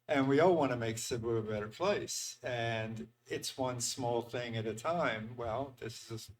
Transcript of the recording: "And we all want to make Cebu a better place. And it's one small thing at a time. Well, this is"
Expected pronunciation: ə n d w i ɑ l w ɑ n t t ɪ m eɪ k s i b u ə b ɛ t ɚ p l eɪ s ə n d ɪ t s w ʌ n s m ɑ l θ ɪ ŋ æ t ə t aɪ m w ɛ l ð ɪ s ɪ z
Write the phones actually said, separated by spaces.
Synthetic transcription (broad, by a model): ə n w i ɑ l w ɑ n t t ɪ m eɪ k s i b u ə b ɛ t ɚ p l eɪ s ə n ɪ t s w ʌ n s m ɑ l θ ɪ ŋ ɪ t ə t aɪ m w ɛ l ð ɪ s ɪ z